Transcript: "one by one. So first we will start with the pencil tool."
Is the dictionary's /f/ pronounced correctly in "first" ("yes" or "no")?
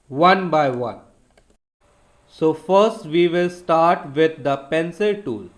yes